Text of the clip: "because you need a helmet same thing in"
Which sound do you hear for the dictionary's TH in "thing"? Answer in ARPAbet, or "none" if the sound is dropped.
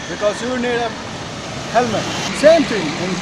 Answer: T